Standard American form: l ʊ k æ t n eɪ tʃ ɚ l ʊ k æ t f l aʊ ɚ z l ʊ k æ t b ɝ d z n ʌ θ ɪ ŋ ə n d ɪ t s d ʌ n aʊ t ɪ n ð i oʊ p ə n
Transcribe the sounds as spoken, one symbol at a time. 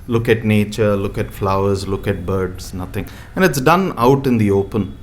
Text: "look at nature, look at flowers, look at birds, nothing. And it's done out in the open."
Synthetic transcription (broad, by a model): l ʊ k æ t n eɪ tʃ ɚ l ʊ k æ t f l aʊ ɚ z l ʊ k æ t b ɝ d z n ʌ t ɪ ŋ ə n d ɪ t s d ʌ n aʊ t ɪ n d i oʊ p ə n